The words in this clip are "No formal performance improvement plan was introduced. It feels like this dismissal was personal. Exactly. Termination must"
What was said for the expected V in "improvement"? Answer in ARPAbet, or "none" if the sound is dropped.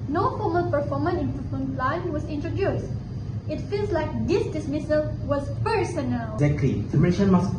none